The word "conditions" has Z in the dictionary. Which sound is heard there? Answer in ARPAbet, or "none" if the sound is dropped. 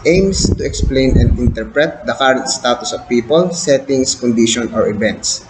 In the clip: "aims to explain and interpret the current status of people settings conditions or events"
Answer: none